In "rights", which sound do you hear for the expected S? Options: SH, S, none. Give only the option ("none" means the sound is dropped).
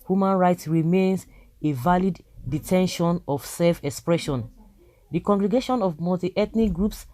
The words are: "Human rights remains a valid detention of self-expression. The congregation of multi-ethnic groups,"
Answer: S